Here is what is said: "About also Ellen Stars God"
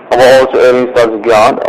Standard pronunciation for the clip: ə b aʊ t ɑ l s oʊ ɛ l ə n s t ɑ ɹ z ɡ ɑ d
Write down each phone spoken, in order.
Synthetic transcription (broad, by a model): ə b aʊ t ɑ l s oʊ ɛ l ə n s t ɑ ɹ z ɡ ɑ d